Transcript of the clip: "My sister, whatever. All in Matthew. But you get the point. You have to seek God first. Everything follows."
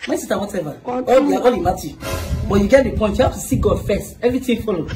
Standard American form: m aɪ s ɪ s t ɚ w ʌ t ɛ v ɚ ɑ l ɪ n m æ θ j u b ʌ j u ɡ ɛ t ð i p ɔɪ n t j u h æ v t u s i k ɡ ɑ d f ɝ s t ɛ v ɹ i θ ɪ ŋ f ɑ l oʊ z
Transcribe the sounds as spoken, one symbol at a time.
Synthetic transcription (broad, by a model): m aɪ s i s t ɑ w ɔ t ɛ v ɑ ɑ l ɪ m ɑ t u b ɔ j u ɡ ɛ t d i p ɔɪ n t j u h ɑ f t u s i ɡ ɑ d f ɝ s t ɛ v ɹ i t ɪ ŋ f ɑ l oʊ